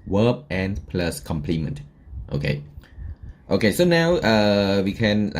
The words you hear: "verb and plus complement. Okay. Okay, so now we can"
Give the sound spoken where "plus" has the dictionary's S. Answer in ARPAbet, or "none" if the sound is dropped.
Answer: S